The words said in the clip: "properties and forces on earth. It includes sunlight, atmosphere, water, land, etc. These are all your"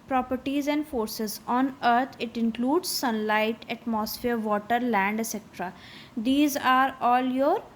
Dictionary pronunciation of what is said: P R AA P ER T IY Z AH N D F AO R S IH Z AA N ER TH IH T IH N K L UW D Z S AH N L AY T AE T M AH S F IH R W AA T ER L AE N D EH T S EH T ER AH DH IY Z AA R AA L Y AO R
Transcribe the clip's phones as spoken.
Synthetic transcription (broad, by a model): P R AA P ER T IY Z AH N D F AO R S IH Z AA N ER T IH T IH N K L UW D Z S AH N L AY T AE T M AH S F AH R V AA T ER L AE N D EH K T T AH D IY Z AA R AA L Y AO R